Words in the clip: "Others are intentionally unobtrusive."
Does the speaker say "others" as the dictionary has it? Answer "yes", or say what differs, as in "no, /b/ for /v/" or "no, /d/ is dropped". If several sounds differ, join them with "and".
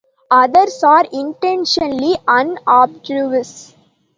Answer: no, /s/ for /z/